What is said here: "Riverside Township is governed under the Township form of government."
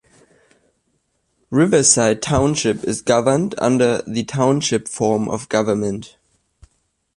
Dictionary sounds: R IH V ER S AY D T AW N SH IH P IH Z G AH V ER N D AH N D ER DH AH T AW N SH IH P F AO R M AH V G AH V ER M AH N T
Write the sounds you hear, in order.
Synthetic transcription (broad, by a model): R IH V ER S AY D T AW N SH IH P IH Z G AH V ER N D AH N D ER DH AH T AW N SH IH P F AO R M AH V G AH V ER M AH N T